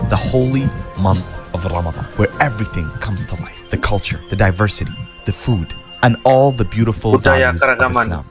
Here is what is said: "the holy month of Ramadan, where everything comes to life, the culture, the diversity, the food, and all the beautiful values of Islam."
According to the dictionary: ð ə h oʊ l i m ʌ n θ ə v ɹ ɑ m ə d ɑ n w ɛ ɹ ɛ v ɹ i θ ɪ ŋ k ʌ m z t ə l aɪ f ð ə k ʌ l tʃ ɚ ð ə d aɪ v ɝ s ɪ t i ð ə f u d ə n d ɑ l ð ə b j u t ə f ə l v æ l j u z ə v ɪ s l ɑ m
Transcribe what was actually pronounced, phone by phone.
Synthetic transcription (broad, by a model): ð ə h oʊ l i m ʌ n θ ə v ɹ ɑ m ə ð ɑ n w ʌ ɹ ɛ v ɹ i θ ɪ ŋ k ʌ m z t ə l aɪ f ð ə k ʌ l tʃ ɚ ð ə d aɪ v ɝ s ɪ t i ð ə f u d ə n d ɑ l ð ə b j u t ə f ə l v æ j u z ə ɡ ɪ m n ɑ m